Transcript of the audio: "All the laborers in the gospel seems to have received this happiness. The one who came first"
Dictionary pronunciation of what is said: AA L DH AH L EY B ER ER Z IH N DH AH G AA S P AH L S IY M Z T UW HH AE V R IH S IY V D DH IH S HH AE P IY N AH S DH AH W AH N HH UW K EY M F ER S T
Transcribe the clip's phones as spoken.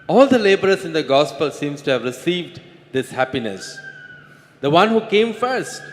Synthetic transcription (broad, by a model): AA L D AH L EY B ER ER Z IH N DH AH G AA S P AH L S IY M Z T UW HH AE V R IH S IY V D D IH S HH AE P IY N AH S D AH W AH N HH UW K EY M F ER S T